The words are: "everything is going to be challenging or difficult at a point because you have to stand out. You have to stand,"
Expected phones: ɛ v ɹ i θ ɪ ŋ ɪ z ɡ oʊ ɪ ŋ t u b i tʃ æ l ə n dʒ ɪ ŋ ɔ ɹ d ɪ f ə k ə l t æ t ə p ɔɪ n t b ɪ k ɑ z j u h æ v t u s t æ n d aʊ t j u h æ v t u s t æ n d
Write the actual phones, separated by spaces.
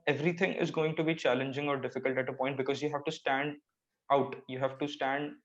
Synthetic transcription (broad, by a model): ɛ v ɹ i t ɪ ŋ ɪ z ɡ oʊ ɪ ŋ t u b i tʃ æ l ə n dʒ ɪ ŋ ɔ ɹ d ɪ f ə k ə l t æ t ə p ɔɪ n t b ɪ k ɑ z j u h æ v t u s t æ n d aʊ t j u h æ v t u s t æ n d